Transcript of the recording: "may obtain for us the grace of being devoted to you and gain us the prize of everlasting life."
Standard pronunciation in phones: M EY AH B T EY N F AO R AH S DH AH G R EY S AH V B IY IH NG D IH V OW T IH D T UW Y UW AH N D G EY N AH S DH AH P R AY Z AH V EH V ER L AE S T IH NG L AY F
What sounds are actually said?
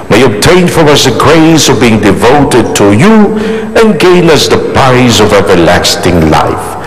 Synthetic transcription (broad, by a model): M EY AH B T EY N F AO R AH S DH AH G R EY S AH V B IY IH NG D IH V OW T IH D T UW Y UW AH N G EY N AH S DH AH P R AY Z AH V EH V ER L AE S T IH NG L AY F